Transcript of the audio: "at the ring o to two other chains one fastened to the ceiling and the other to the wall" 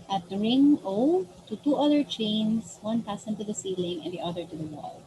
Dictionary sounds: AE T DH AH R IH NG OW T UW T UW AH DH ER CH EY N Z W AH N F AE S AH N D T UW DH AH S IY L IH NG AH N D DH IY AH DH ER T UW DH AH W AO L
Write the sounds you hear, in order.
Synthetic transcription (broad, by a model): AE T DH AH R IH NG OW T UW T UW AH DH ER CH EY N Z W AH N P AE S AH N T UW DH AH S IY L IH NG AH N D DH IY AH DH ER T UW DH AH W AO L